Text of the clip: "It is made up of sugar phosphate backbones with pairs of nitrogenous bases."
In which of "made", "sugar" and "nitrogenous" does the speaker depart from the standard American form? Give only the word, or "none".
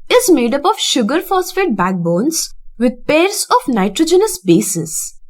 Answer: none